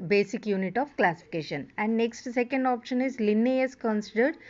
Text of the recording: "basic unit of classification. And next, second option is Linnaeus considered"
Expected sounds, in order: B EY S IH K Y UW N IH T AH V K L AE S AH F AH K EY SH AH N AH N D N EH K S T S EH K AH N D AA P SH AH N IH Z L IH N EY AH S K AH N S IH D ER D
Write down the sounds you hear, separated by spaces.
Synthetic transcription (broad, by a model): B EY S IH K Y UW N IH T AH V K L AE S AH F AH K EY SH AH N AH N D N EH K S T S EH K AH N D AA P SH AH N IH Z L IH N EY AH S K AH N S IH D ER D